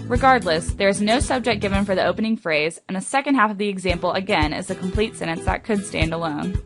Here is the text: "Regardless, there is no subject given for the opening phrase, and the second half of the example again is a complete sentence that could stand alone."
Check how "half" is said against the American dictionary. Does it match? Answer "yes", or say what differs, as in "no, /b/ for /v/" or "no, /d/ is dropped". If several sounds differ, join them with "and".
yes